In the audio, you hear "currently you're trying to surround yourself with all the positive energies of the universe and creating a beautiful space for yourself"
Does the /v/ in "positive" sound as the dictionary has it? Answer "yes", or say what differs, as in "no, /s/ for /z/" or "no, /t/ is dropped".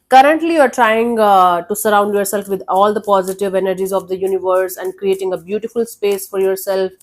yes